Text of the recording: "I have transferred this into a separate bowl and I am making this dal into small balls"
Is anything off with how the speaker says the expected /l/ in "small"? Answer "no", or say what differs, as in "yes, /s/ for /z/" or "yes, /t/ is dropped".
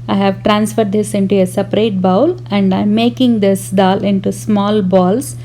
no